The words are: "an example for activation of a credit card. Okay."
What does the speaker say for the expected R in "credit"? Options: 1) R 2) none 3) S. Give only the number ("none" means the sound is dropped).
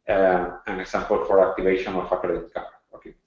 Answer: 2